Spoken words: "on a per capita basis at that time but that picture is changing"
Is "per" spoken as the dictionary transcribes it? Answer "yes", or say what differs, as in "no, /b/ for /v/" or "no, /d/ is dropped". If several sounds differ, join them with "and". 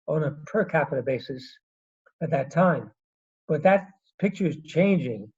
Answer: yes